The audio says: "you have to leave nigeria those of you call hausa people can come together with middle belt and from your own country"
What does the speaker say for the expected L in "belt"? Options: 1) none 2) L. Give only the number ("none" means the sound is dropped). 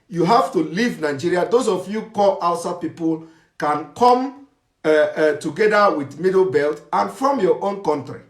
2